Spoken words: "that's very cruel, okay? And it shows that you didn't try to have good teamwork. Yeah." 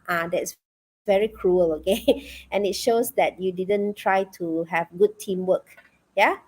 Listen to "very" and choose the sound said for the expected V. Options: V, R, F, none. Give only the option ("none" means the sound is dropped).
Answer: V